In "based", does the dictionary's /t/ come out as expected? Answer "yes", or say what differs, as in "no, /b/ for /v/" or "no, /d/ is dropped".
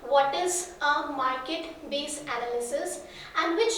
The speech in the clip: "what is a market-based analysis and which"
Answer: no, /t/ is dropped